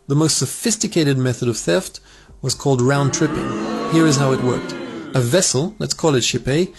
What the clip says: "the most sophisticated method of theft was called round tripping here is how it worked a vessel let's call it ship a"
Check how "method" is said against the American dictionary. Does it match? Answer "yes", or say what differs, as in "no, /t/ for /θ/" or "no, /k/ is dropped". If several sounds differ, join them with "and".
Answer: yes